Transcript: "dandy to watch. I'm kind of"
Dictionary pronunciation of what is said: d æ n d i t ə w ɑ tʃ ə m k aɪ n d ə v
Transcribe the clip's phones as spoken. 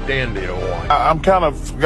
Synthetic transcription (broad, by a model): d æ n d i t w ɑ ə m k aɪ n d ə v